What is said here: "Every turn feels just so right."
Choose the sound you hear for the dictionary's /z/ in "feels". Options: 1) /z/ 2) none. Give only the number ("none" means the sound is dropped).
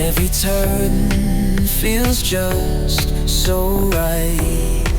1